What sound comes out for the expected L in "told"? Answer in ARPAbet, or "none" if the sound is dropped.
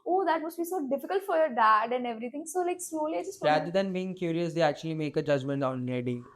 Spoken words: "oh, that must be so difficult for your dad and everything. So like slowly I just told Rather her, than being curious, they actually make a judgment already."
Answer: none